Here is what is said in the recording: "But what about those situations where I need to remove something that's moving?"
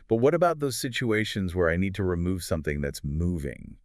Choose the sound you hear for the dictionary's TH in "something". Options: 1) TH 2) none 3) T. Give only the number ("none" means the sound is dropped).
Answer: 1